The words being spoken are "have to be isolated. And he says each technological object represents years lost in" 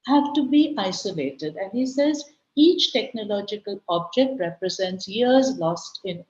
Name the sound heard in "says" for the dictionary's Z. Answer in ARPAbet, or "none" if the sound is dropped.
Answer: Z